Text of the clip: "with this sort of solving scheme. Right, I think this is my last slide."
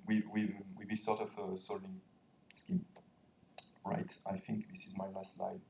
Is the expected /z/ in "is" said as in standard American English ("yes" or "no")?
yes